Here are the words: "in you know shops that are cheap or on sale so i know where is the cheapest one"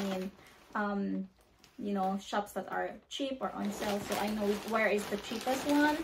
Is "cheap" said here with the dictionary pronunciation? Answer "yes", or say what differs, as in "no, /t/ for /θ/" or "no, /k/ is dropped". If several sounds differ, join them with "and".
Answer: yes